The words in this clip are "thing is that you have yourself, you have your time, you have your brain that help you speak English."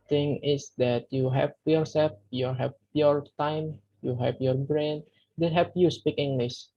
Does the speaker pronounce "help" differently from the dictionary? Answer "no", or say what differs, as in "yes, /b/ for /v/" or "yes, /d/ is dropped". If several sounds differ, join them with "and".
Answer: yes, /l/ is dropped